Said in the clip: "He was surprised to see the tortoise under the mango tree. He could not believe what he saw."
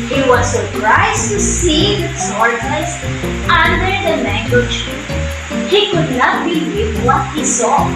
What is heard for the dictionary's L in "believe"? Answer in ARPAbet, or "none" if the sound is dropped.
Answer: W